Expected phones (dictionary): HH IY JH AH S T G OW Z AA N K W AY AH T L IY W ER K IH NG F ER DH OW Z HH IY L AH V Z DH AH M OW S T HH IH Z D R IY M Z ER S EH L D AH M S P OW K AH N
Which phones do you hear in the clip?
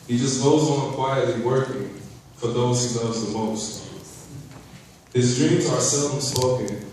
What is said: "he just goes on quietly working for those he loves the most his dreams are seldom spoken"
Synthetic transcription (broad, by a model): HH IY JH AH S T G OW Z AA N K W AY AH T L IY W ER K IH NG F ER DH OW Z HH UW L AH Z DH AH M OW S T HH IH Z D R IY M Z ER S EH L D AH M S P OW K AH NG